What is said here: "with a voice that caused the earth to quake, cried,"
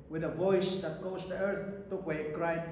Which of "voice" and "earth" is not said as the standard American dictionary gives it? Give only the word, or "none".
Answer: none